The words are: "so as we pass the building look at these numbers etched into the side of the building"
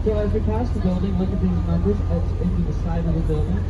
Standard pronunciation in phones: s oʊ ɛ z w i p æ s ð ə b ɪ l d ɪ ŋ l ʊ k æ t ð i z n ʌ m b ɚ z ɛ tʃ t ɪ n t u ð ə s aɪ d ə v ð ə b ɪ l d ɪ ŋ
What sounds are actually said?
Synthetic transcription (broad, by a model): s oʊ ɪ z w i p æ s ð ə b ɪ l d ɪ ŋ w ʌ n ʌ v ð i z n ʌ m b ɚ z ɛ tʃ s ɪ n t u ð ə s aɪ d ə v ð ə b ɪ l d ɪ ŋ